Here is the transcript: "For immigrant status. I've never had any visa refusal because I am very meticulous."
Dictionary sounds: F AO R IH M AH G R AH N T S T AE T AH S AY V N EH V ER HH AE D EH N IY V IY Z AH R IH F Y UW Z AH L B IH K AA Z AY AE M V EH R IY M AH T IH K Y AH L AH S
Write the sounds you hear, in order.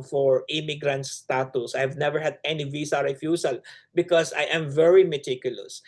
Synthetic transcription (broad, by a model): F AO R IH M AH G R AH N T S T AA T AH S AY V N EH V ER HH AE D EH N IY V IY S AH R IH F Y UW S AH L B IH K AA S AY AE M V EH R IY M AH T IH K Y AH L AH S